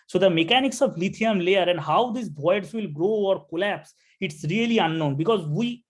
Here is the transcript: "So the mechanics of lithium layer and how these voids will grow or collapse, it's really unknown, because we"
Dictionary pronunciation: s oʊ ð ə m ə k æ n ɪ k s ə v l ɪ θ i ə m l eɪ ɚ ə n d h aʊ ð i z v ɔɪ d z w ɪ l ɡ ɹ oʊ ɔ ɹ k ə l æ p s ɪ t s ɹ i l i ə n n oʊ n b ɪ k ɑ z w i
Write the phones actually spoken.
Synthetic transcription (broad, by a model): s oʊ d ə m ə k æ n ɪ k s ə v l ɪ t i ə m l eɪ ɚ ə n d h aʊ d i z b ɔɪ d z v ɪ l ɡ ɹ oʊ ɔ ɹ k ə l æ p s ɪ t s ɹ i l i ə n n oʊ n b ɪ k ɑ z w i